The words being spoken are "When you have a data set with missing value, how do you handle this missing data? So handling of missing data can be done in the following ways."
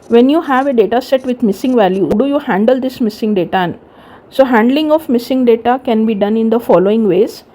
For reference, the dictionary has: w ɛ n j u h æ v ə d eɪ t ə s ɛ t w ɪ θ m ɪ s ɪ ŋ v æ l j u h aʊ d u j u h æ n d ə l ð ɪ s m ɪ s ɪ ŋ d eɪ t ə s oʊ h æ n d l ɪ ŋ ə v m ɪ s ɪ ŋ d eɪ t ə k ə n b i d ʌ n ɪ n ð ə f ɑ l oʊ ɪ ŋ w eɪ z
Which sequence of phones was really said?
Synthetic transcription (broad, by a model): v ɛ n j u h æ v ə d eɪ t ə s ɛ t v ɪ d m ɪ s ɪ ŋ v æ l j u d u j u h æ n d ə l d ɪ s m ɪ s ɪ ŋ d eɪ t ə s oʊ h æ n d l ɪ ŋ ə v m ɪ s ɪ ŋ d eɪ t ə k ə n b i d ʌ n ɪ n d ə f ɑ l oʊ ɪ ŋ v eɪ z